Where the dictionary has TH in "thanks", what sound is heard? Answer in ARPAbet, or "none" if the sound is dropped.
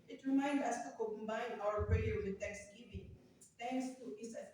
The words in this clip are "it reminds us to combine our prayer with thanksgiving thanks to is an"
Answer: T